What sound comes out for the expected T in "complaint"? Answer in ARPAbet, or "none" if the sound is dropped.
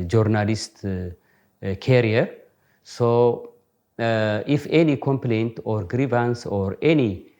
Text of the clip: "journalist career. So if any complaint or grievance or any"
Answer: T